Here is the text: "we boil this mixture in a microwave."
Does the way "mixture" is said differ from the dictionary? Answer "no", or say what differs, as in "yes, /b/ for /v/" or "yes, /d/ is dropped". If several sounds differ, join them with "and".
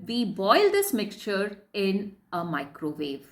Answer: no